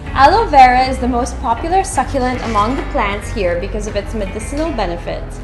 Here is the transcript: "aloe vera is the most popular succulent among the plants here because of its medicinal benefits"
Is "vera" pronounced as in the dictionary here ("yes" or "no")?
yes